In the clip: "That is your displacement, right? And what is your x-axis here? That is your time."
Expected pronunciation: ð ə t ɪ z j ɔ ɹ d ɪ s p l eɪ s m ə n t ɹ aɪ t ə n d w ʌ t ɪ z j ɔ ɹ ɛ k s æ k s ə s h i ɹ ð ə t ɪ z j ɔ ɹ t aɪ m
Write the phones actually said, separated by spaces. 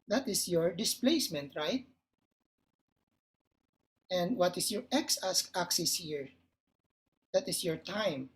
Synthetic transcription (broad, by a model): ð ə t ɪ s j ɔ ɹ d ɪ s p l eɪ s m ə n t ɹ aɪ t ə n d w ʌ t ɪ s j ɔ ɹ ɛ k s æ k s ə s h i ɹ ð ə t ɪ s j ɔ ɹ t aɪ m